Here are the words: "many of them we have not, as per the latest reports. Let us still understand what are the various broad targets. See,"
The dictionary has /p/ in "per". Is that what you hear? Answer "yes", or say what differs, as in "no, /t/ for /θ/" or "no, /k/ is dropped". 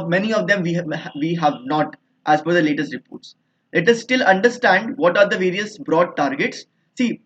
no, /f/ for /p/